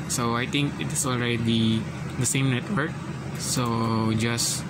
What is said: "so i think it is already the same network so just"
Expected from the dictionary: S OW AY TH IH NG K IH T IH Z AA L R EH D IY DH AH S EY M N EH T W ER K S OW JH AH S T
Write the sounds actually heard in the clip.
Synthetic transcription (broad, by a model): S OW AY T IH NG K IH T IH S AA L R EH D IY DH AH S EY M N EH T W ER K S OW JH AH S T